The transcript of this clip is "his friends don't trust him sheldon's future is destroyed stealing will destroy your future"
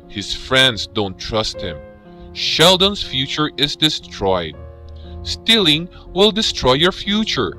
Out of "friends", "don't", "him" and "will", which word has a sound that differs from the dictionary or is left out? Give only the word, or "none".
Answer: friends